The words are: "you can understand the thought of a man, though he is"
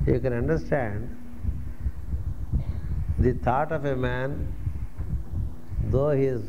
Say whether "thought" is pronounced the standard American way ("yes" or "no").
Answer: no